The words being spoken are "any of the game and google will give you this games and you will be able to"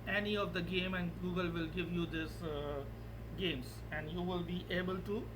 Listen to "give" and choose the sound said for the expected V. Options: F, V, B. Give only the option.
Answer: V